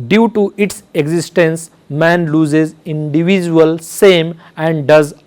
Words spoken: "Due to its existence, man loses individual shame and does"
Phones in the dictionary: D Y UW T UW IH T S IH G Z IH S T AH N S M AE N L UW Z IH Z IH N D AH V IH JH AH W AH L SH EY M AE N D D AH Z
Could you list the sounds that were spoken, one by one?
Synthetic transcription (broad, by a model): D Y UW T UW IH T S IH G Z IH S T AH N S M AE N L UW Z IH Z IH N D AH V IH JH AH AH L S EY M AE N D D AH Z